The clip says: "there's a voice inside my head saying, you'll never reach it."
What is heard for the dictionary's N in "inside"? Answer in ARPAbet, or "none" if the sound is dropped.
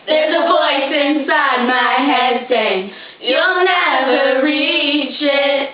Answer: N